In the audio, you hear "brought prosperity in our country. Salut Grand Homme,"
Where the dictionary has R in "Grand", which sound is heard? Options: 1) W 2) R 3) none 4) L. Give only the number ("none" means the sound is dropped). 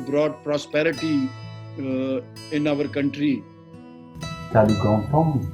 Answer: 3